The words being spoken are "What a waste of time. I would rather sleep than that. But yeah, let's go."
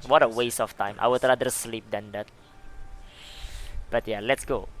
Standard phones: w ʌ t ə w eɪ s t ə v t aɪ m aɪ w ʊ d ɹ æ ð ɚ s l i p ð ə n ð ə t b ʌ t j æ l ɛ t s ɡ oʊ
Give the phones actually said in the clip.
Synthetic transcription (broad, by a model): w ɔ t ə w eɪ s ə f t aɪ m aɪ w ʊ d ɹ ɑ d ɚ s l i p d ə n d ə t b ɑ t j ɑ l ɛ t s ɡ oʊ